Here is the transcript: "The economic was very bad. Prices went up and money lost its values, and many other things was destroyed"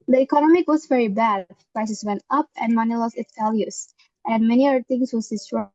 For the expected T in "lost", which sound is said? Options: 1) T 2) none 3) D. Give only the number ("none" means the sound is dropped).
2